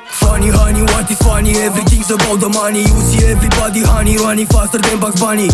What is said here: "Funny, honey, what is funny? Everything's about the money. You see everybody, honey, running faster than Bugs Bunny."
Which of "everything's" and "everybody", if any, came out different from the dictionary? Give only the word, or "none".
everything's